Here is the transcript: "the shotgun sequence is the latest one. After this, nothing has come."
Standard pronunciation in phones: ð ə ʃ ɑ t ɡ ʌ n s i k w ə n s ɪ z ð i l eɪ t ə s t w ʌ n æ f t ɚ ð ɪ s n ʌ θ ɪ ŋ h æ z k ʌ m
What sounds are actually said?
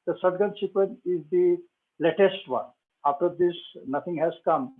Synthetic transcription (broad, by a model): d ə s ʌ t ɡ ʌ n s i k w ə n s ɪ z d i l eɪ t ə s t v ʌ n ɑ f t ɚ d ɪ s n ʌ t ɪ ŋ h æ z k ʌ m